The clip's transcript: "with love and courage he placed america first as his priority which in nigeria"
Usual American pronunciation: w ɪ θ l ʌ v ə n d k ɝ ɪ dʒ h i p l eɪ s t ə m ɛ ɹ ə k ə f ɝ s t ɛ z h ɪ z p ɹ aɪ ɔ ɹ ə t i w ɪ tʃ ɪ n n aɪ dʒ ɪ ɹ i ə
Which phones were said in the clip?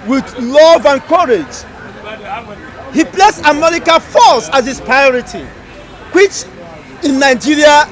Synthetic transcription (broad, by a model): w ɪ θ l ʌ v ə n k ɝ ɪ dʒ h i p l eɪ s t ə m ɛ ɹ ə k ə f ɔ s ɑ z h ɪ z p ɹ aɪ ɔ ɹ ə t i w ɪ tʃ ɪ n n aɪ dʒ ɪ ɹ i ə